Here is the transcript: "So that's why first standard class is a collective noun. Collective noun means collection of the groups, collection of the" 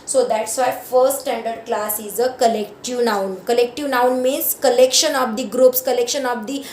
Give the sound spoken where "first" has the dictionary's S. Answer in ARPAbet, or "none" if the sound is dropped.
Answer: none